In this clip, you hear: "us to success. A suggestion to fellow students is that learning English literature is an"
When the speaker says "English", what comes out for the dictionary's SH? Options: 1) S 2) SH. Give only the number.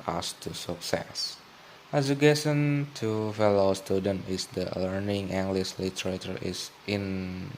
1